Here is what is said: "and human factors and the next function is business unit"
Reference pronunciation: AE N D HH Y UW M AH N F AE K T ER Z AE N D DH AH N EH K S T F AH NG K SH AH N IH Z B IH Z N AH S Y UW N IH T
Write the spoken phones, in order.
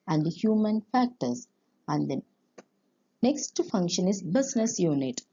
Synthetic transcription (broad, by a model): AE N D HH Y UW M AH N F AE K T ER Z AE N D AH N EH K S T F AH NG K SH AH N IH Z B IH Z N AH S Y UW N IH T